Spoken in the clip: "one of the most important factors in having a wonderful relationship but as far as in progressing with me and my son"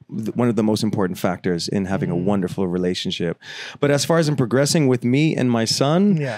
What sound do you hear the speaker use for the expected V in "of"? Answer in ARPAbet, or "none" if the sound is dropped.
V